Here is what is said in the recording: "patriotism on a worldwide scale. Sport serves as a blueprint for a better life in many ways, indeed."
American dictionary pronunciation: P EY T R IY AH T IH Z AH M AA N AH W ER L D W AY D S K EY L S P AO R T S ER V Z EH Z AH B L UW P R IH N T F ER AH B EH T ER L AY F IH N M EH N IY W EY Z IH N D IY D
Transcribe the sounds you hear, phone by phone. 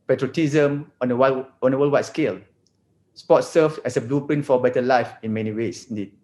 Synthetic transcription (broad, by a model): P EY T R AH T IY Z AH M AA N AH W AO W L W AY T S K EY L S P AO T S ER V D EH S AH B L UW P IH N F AH B EH T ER L AY F IH N M EH N IY W EY S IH N D IY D